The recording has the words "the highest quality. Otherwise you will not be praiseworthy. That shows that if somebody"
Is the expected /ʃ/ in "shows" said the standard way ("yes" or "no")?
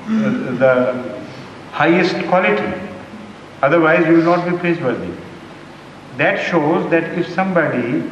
yes